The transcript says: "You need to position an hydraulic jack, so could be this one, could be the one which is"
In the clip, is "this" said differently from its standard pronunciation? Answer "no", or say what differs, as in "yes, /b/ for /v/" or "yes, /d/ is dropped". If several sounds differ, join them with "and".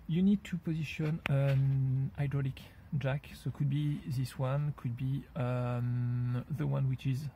no